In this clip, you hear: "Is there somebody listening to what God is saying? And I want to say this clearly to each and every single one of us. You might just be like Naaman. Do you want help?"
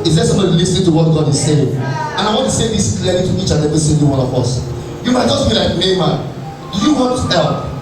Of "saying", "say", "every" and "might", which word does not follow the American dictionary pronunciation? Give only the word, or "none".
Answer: every